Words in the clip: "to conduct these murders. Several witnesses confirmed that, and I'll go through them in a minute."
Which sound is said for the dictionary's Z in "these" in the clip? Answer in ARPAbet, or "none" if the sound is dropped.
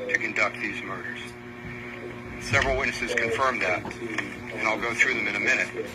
Z